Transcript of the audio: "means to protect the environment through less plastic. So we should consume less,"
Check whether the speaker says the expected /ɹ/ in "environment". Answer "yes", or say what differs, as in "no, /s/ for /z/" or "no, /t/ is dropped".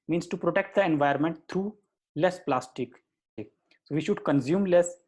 no, /ɹ/ is dropped